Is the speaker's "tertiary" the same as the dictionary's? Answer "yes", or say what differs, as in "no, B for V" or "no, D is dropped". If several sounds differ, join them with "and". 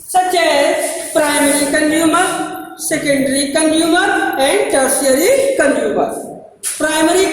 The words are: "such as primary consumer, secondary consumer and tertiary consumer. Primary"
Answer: no, S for T and SH is dropped